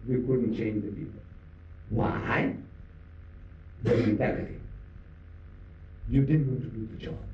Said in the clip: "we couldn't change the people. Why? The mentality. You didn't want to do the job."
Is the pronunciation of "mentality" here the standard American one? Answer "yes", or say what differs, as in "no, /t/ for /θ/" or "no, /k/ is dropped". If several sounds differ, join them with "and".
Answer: no, /l/ is dropped